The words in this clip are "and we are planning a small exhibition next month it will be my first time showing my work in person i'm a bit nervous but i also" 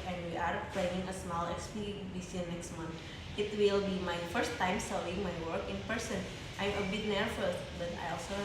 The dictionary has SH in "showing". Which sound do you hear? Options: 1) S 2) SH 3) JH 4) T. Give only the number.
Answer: 1